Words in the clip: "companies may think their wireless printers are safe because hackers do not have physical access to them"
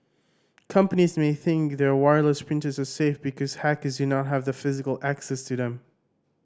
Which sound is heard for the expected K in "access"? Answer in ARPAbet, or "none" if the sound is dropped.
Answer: K